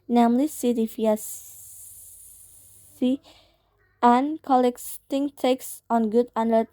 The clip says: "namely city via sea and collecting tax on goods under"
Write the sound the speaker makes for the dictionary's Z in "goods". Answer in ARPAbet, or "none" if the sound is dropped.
none